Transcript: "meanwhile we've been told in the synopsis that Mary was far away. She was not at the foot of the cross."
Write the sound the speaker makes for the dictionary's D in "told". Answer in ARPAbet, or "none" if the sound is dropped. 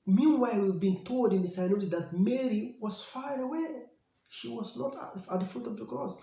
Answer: D